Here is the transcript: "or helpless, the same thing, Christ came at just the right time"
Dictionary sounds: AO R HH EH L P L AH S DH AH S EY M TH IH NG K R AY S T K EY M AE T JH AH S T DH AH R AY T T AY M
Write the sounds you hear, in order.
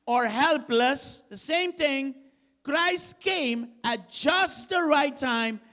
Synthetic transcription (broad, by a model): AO R HH EH L P L AH S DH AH S EY M T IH NG K R AY S T K EY M AE T JH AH S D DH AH R AY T T AY M